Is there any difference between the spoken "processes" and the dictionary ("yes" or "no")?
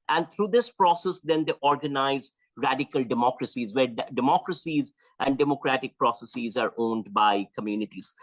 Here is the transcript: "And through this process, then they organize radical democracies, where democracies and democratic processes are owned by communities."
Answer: no